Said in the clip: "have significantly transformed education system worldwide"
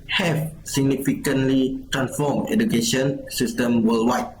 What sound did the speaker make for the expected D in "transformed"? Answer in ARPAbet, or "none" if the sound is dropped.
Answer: none